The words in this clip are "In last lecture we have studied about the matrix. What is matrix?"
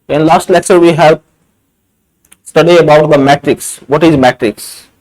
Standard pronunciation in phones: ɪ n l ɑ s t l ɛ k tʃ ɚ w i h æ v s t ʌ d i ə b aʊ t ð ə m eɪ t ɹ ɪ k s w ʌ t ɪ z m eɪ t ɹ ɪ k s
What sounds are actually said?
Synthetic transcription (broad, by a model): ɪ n l ɑ s t l ɛ k tʃ ɚ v i h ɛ p s t ʌ d i ə b aʊ t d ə m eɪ t ɹ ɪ k s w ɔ t ɪ z m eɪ t ɹ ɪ k s